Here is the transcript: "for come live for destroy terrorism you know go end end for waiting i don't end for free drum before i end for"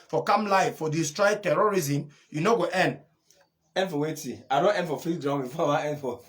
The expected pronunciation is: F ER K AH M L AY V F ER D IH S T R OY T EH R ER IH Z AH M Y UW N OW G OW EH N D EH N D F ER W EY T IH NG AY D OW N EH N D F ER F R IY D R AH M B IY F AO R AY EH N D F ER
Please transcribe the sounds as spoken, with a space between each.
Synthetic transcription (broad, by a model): F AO K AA M L AY F F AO D IH S T R OY T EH R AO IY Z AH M Y UW N OW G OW EH N D EH N D F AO W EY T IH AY D OW N EH N D F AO F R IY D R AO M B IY F AO W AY EH N D F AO